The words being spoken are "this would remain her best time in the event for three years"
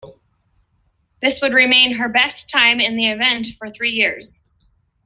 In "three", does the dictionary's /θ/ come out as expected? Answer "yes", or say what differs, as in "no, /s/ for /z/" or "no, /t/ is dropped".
yes